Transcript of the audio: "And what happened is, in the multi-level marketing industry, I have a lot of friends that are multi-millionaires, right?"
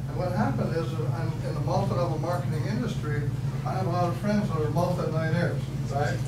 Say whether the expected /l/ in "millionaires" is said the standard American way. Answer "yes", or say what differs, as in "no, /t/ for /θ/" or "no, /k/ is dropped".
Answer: no, /n/ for /l/